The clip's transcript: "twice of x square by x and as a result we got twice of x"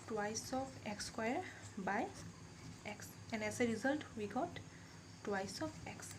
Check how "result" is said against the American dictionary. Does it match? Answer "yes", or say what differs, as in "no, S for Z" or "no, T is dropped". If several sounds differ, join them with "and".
yes